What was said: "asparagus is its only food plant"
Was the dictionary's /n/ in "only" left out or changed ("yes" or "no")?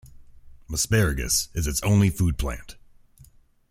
no